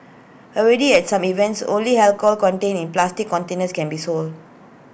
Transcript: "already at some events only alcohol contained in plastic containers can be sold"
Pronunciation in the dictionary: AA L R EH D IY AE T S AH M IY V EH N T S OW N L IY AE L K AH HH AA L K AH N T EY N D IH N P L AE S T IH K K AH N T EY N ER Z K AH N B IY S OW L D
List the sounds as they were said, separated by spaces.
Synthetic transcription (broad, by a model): AA L R EH D IY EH T S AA M IY V EH N T S OW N L IY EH L K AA L K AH N T EY N IH N P L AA S T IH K K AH N T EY N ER S K AH N B IY S OW L D